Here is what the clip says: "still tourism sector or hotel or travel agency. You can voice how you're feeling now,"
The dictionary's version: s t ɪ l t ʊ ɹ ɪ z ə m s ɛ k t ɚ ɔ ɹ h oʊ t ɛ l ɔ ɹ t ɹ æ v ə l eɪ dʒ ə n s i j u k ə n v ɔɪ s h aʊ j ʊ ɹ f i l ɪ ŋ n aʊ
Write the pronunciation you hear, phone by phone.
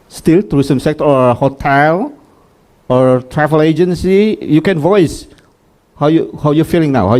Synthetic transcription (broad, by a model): s t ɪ l t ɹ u s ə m s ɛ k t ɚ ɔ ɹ h oʊ t ɛ l ɔ ɹ t ɹ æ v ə l eɪ dʒ ə n s i j u k ə n v ɔɪ s h aʊ j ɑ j f i l ɪ ŋ n aʊ